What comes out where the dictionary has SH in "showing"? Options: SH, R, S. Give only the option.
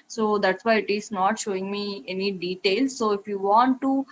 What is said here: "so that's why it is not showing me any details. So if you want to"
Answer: SH